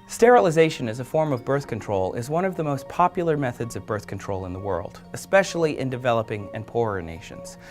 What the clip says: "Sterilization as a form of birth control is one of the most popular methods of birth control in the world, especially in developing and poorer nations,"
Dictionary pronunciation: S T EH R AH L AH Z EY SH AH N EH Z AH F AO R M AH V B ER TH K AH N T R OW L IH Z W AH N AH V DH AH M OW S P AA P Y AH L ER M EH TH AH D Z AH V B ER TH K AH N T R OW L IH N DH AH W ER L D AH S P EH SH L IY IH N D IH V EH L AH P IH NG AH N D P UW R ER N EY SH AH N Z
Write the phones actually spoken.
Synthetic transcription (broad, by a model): S T EH R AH L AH Z EY SH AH N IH Z AH F AO R M AH V B ER TH K AH N T R OW L IH Z W AH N AH V DH AH M OW S P AA P Y L ER M EH TH AH D Z AH V B ER TH K N T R OW L IH N DH AH W ER L D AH S P EH SH L IY IH N D IH V EH L AH P IH NG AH N P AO R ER N EY SH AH N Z